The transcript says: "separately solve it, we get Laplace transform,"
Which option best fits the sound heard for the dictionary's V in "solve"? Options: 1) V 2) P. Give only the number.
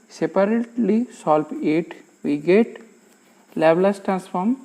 2